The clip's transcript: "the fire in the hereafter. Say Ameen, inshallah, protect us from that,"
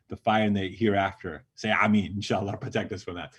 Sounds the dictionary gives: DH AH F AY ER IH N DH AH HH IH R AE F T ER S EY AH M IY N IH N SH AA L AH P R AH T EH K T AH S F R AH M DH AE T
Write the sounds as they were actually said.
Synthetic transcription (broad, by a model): DH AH F AY ER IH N DH AH HH IH R AE F T ER S EY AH IH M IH N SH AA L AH P R AH T EH K T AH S F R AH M DH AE T